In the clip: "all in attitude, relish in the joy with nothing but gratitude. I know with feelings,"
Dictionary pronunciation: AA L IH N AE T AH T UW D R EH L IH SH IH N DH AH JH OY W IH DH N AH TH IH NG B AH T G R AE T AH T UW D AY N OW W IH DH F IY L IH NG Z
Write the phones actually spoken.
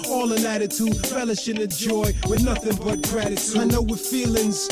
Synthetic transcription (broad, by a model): AA L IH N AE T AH T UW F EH L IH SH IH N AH JH OY W IH DH N AH TH IH NG B AH T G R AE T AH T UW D AY N OW W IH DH F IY L IH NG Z